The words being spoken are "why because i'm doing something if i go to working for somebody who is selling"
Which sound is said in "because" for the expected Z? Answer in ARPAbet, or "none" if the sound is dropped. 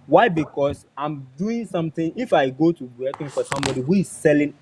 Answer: S